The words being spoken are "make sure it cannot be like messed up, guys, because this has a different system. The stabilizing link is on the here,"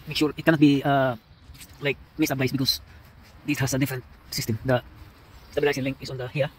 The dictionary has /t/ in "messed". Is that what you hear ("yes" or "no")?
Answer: no